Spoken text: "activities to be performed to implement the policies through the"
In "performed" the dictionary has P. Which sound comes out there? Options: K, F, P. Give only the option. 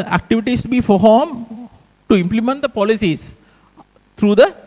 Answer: F